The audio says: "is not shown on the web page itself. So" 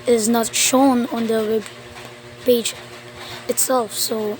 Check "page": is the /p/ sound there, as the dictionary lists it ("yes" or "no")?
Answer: no